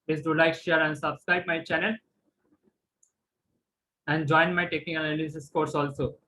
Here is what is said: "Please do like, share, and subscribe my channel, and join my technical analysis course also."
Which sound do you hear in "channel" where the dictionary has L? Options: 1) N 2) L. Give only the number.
2